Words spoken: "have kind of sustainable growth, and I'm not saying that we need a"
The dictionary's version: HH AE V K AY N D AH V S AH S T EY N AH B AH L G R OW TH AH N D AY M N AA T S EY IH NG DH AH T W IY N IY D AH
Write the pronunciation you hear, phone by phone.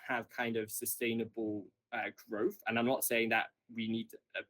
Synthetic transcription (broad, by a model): HH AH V K AY N D AH V S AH S T EY N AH B AH L G R OW TH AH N AY M N AA T S EY IH NG DH AH T W IY N IY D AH